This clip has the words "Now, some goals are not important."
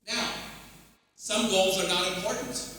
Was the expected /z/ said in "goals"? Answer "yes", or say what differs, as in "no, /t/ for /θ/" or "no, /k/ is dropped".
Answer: yes